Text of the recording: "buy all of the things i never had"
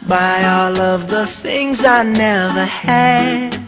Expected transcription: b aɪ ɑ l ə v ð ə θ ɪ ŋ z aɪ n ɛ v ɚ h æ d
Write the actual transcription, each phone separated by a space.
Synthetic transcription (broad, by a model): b aɪ ɑ l ə v ð ə θ ɪ ŋ z aɪ n ɛ v ɚ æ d